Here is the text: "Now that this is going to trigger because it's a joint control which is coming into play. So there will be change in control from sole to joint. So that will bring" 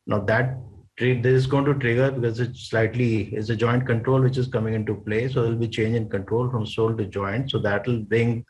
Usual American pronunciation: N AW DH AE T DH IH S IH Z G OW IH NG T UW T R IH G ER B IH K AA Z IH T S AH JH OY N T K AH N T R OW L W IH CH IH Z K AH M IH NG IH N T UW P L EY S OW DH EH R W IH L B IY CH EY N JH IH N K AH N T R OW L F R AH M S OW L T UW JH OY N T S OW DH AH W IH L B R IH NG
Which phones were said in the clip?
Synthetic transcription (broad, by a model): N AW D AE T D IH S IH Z G OW IH NG T UW T R IH G ER B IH K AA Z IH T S AH JH OY N T K AH N T R OW L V IH CH IH Z K AH M IH NG IH N T UW P L EY S OW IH L B IY CH EY N JH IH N K AH N T R OW L F R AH M S OW L T UW JH OY N T S OW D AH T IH L B R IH NG